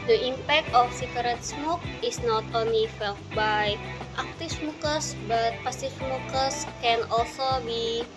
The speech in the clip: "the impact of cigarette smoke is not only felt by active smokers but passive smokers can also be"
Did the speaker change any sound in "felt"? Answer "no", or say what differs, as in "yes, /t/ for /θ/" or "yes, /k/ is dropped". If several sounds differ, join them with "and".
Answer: no